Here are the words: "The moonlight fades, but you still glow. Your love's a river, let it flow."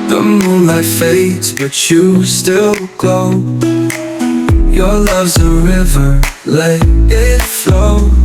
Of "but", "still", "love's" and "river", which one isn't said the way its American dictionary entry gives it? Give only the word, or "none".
none